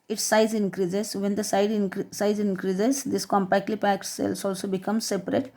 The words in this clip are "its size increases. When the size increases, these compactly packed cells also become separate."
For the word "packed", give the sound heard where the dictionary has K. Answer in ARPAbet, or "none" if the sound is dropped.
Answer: K